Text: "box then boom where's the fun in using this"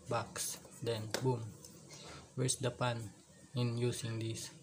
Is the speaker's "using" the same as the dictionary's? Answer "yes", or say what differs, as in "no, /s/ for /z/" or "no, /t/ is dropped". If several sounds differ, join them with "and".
no, /s/ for /z/